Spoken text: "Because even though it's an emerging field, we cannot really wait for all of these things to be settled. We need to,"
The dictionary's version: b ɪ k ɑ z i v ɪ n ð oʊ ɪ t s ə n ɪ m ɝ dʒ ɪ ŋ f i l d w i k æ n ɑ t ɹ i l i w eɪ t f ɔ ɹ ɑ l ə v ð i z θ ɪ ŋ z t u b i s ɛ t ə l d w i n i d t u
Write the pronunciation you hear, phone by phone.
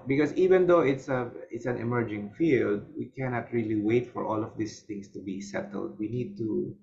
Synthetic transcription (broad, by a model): b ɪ k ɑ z i v ɪ n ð oʊ ɪ t s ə n ɪ m ɝ dʒ ɪ ŋ f i l d w i k æ n ɑ t ɹ i l i w eɪ t f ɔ ɹ ɑ l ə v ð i s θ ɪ ŋ s t u b i s ɛ t ə l d w i n i d t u